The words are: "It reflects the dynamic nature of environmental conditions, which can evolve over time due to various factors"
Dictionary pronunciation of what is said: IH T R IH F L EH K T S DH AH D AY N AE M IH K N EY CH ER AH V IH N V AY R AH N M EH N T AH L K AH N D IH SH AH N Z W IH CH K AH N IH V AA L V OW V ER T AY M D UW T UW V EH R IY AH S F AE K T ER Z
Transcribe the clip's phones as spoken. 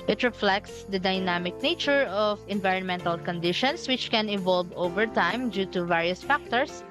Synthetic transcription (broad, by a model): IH T R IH F L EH K T S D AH D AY N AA M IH K N EY CH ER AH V IH N V AY R AH N M EH N T AH L K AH N D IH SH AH N S W IH CH K AH N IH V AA L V OW V ER T AY M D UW T UW V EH R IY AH S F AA K T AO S